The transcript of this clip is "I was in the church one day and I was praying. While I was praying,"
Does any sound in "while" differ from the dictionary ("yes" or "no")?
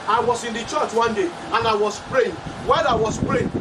yes